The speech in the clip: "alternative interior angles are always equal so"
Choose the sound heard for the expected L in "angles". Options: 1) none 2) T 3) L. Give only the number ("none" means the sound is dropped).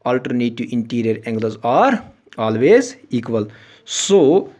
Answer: 1